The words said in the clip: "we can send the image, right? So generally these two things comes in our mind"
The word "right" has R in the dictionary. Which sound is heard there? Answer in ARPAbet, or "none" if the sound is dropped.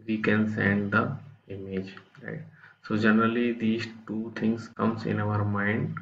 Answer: R